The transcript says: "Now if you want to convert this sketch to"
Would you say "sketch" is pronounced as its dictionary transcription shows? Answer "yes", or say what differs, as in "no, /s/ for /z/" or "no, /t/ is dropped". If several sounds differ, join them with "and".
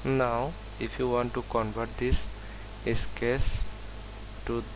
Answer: no, /s/ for /tʃ/